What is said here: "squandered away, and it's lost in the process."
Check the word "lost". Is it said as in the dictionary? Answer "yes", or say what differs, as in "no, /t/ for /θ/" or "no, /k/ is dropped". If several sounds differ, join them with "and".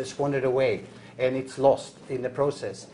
yes